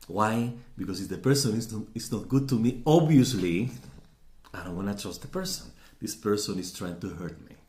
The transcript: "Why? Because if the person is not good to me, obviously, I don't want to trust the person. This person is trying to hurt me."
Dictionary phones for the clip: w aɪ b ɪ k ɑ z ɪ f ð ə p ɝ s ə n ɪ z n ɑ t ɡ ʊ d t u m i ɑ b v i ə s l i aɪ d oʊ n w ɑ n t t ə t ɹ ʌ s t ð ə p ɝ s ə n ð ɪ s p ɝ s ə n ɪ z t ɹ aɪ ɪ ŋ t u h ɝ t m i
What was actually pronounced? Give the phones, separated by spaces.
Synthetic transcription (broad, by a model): w aɪ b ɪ k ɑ s ɪ f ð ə p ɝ s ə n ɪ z n ɑ t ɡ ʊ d t u m i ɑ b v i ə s l i aɪ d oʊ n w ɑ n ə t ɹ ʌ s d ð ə p ɝ s ə n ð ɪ s p ɝ s ə n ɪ s t ɹ aɪ ɪ ŋ t u h ɝ t m i